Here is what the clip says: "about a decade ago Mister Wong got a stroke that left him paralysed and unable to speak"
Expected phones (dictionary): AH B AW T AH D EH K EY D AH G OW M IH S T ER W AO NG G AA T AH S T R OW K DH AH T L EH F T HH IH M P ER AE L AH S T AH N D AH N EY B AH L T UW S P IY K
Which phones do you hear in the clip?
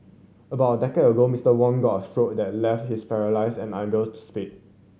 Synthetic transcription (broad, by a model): AH B AW T AH D EH K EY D AH G OW M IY S T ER W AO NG G AA T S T R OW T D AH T L EH F T HH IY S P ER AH L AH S AH N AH IH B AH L T UW S P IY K